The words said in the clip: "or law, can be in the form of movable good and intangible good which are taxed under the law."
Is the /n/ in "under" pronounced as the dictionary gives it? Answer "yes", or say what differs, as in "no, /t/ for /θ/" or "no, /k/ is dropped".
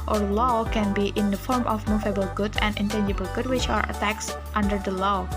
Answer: yes